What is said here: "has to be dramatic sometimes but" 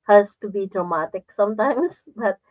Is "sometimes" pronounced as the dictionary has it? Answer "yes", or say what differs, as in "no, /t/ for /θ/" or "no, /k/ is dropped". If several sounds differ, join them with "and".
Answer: no, /s/ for /z/